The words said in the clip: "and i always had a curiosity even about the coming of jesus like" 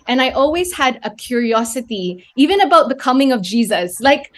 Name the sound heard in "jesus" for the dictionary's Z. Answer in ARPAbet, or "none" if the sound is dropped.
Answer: Z